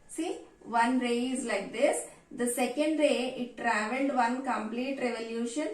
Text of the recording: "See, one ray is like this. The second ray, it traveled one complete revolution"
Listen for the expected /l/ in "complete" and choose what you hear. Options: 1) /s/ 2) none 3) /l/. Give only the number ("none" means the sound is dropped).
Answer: 3